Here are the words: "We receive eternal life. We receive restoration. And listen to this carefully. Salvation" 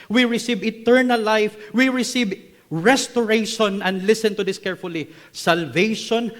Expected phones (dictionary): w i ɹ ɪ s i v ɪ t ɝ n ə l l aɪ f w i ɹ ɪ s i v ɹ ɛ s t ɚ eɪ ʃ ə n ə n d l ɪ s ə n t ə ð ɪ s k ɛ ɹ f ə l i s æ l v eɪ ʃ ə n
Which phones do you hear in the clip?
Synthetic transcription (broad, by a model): w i ɹ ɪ s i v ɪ t ɝ n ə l l aɪ f w i ɹ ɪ s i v ɹ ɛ s t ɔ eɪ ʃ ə n ə n d l ɪ s ə n t ə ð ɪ s k ɛ ɹ f ə l i s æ l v eɪ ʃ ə n